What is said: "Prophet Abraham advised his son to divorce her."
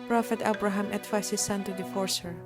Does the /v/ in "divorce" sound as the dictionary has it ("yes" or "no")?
no